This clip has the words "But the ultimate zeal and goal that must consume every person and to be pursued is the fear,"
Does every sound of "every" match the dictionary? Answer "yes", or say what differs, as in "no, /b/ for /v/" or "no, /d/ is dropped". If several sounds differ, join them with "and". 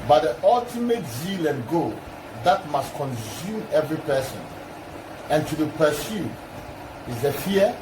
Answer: yes